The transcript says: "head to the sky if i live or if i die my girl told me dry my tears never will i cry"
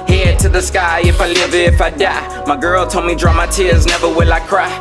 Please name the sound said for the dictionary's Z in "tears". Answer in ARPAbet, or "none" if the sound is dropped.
Z